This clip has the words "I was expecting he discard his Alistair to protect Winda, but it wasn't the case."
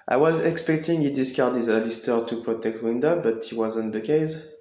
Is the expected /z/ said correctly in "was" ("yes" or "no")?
yes